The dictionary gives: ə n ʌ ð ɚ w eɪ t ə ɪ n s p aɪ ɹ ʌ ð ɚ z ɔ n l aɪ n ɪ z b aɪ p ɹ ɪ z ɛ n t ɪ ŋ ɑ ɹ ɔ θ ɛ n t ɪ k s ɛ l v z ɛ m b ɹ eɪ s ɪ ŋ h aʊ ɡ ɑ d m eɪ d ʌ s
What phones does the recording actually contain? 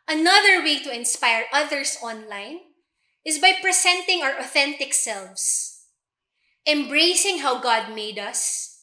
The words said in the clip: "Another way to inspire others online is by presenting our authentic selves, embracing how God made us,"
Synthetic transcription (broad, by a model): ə n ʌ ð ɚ w eɪ t ə ɪ n s p aɪ ɹ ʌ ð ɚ s ɔ n l aɪ n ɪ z b aɪ p ɹ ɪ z ɛ n t ɪ ŋ ɑ ɹ ɔ θ ɛ n t ɪ k s ɛ l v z ɛ m b ɹ eɪ s ɪ ŋ h aʊ ɡ ɑ d m eɪ d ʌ s